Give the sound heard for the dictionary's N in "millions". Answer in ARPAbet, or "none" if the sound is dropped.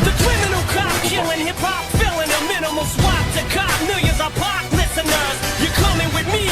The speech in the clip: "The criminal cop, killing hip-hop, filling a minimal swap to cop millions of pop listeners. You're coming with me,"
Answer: none